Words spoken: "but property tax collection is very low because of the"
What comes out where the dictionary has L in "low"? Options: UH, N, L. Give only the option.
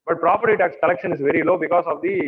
L